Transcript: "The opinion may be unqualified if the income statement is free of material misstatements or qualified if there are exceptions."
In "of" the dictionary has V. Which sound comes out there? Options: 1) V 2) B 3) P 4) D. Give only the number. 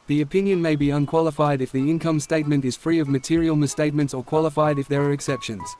1